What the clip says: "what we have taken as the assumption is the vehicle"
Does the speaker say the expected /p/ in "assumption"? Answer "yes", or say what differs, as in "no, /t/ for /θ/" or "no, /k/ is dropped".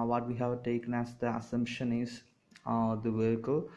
yes